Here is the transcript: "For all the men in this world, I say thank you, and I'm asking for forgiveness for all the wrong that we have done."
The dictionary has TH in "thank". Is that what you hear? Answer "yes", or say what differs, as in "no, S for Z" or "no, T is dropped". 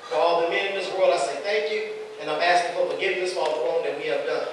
yes